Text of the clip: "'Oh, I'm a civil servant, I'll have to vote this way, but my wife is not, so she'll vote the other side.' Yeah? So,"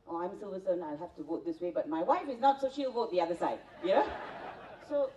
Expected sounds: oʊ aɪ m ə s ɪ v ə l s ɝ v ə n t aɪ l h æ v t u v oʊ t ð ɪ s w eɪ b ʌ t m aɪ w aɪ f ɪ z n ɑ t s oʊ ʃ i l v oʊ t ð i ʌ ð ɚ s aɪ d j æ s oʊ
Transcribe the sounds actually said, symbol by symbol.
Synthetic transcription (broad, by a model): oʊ aɪ m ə s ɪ v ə s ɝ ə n aɪ l h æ f t u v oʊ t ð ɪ s w eɪ b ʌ t m aɪ w aɪ f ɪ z n ɑ t s oʊ ʃ i l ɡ oʊ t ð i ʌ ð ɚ s aɪ d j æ s oʊ